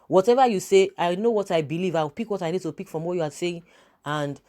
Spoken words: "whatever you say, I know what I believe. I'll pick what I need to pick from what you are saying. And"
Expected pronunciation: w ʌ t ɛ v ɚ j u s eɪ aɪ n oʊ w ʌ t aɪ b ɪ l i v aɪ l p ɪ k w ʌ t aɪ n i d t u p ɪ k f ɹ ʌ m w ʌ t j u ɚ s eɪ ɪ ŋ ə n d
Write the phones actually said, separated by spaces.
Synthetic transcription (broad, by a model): w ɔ t ɛ v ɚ j u s eɪ aɪ n oʊ w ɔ t aɪ b ɪ l i v aɪ w p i k w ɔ t aɪ n i d t u p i k f ɹ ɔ m w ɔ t j u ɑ s eɪ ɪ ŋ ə n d